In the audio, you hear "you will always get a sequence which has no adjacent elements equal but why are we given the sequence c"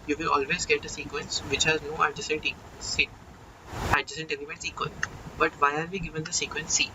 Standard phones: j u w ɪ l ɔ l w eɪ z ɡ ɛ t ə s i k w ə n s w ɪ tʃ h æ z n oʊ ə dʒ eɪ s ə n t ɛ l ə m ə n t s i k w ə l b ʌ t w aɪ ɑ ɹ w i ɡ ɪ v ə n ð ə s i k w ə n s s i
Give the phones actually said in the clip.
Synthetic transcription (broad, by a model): j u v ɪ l ɔ l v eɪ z ɡ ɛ t ə s i k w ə n s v ɪ tʃ h æ z n oʊ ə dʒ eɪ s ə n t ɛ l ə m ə t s i k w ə l b ʌ t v aɪ ɑ ɹ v i ɡ ɪ v ə n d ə s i k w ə n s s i